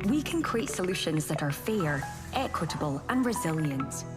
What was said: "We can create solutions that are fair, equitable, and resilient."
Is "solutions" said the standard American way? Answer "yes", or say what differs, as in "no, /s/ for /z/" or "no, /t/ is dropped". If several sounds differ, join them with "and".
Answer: yes